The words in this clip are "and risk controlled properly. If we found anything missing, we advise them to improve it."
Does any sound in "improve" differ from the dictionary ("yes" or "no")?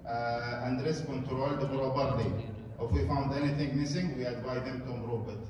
yes